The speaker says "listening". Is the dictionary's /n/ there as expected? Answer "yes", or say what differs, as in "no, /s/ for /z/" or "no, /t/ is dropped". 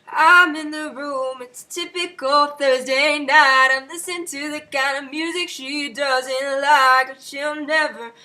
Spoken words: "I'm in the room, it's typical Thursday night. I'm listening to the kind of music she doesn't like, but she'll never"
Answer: no, /n/ is dropped